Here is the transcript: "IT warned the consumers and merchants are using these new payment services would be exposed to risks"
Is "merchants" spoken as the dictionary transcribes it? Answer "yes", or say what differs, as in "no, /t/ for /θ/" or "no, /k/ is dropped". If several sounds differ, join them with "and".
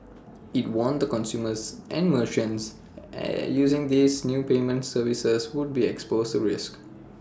no, /ʃ/ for /tʃ/